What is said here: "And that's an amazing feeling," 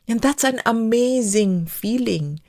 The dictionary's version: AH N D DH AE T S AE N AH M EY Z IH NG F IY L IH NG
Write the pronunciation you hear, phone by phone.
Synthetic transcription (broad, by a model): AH N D DH AE T S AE N AH M EY Z IH NG F IY L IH NG